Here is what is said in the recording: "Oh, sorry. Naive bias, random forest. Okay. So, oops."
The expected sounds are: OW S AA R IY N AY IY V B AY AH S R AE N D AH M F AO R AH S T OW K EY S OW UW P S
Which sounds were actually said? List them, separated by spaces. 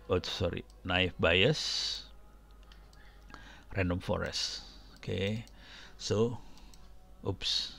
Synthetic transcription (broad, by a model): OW S AA R IY N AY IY F B AY AH S R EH N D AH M F AO R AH S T OW K EY S OW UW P S